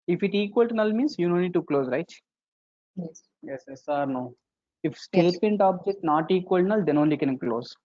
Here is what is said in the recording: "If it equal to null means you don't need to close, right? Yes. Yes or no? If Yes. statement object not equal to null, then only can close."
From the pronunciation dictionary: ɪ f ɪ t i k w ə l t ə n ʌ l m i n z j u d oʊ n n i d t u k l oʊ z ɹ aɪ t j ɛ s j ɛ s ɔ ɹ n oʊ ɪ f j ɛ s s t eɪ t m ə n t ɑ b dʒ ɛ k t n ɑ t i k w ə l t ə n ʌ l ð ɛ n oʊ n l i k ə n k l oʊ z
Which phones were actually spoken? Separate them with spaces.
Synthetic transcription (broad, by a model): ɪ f ɪ t i k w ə l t n ʌ l m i n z j u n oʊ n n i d t u k l oʊ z ɹ aɪ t j ɛ s j ɛ s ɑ ɹ n oʊ ɪ f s s t eɪ t m ə n t ɑ b dʒ ɛ k t n ɑ t i k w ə l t n ʌ l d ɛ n oʊ n l i k ə n k l oʊ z